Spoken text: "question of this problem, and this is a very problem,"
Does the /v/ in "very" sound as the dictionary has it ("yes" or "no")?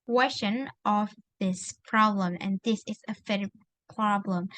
no